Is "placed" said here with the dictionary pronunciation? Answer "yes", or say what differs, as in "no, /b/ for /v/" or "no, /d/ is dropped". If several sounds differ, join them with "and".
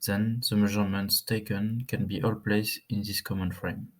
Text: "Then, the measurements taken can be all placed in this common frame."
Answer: no, /t/ is dropped